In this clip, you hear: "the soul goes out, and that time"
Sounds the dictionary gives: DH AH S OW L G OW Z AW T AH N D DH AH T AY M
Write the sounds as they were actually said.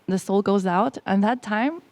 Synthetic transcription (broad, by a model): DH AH S OW L G OW Z AW T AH N DH AH T AY M